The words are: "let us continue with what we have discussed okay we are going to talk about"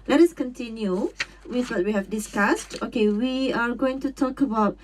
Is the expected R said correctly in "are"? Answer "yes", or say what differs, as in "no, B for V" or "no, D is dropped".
yes